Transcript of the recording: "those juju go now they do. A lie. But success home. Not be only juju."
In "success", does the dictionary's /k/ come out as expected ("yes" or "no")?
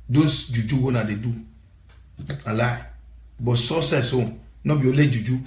no